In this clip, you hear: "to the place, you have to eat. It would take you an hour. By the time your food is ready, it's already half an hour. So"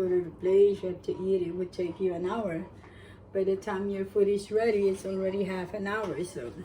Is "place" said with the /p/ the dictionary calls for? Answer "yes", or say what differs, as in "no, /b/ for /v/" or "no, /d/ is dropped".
no, /b/ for /p/